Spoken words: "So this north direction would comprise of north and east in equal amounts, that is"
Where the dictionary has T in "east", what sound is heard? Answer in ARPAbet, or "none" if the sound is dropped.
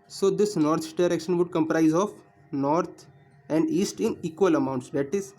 T